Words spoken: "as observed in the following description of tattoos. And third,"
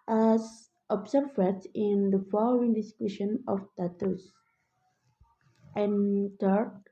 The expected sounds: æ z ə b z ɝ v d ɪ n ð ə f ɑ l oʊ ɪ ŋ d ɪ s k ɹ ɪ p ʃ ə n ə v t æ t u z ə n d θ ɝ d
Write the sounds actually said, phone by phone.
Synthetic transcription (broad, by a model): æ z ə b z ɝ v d ɪ n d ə f ɑ l oʊ ɪ ŋ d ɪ s k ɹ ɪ ʃ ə n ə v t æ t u s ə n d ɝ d